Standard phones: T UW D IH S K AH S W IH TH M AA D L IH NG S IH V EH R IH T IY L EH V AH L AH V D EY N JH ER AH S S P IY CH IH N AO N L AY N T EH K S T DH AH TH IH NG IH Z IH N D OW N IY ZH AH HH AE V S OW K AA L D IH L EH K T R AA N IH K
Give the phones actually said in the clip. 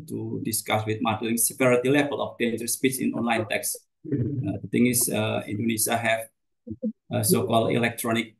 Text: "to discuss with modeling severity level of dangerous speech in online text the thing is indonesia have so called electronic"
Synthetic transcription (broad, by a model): T UW D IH S K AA S W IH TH M AA D L IH NG S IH P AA R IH T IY L EH V AH L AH F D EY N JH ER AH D S P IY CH IH N AO N L AY N T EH K S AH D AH T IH NG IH S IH N D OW N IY S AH HH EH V S OW K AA L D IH L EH K T R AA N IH K